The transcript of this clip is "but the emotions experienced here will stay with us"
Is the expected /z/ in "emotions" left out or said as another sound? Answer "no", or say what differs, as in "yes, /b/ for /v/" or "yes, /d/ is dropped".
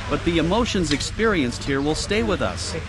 no